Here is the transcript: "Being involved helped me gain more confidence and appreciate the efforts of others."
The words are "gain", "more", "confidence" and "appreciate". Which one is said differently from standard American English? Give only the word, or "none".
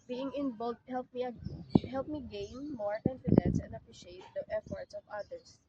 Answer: none